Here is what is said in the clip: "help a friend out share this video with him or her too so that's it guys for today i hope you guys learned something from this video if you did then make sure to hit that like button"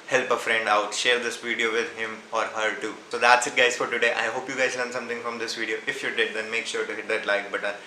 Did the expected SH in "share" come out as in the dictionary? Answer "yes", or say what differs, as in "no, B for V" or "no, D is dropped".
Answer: yes